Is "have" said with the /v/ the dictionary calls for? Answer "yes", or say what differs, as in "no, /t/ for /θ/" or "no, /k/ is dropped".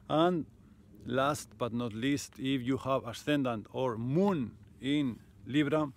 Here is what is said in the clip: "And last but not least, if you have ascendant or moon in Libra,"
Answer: no, /b/ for /v/